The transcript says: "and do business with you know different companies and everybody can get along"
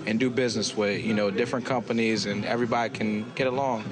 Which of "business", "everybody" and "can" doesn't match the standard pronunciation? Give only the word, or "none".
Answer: none